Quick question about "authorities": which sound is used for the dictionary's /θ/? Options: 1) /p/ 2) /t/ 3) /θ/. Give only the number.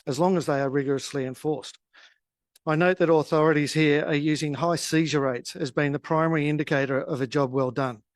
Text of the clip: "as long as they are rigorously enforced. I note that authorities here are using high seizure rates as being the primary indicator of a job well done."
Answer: 3